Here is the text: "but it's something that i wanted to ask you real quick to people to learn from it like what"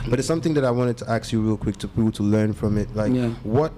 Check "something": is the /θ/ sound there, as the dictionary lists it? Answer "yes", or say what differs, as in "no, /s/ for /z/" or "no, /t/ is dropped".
yes